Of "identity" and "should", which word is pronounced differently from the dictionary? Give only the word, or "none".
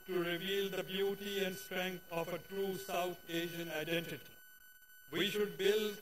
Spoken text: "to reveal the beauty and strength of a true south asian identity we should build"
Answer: none